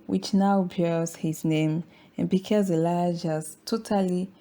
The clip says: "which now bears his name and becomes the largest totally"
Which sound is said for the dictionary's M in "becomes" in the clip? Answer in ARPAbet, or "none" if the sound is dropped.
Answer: none